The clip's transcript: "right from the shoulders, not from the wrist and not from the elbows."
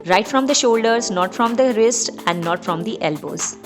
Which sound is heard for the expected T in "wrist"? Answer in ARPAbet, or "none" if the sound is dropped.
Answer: T